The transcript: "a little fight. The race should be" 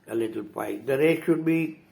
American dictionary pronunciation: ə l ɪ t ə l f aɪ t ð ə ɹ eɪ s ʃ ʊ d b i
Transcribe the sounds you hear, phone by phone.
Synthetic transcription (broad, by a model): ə l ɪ t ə l p aɪ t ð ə ɹ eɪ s ʃ ʊ d b i